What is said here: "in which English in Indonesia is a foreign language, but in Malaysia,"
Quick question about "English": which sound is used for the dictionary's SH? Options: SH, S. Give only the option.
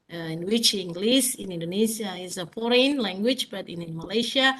S